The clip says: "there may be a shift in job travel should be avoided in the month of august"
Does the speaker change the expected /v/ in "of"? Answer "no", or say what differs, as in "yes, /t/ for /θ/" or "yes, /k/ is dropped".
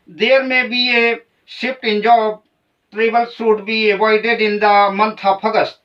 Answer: yes, /p/ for /v/